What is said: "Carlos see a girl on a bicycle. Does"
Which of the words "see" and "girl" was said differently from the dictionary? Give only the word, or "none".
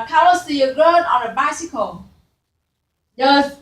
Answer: girl